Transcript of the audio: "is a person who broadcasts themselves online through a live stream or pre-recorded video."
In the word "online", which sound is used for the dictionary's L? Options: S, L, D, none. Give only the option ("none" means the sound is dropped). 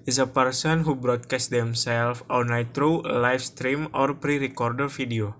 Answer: none